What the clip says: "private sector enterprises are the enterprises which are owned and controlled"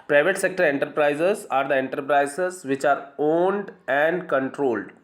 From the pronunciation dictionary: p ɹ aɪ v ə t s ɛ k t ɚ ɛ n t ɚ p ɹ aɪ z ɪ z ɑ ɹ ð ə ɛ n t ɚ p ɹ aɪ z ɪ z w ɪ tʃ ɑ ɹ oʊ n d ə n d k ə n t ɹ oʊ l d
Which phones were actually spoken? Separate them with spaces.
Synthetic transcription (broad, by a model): p ɹ aɪ v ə t s ɛ k t ɚ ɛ n t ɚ p ɹ aɪ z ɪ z ɑ ɹ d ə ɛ n t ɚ p ɹ aɪ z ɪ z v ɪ tʃ ɑ ɹ oʊ n d ə n d k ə n t ɹ oʊ l d